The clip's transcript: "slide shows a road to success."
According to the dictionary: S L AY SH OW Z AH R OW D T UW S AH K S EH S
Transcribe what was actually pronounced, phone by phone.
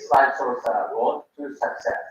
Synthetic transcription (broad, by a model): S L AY S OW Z AH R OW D T UW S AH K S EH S